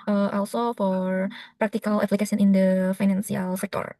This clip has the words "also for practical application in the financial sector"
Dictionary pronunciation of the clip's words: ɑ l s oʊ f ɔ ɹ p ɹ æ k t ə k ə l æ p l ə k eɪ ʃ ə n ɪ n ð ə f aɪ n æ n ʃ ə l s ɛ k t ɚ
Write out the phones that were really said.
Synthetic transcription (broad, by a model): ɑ l s oʊ f ɔ ɹ p ɹ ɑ k t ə k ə l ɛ p l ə k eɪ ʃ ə n ɪ n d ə f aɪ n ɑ n s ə l s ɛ k t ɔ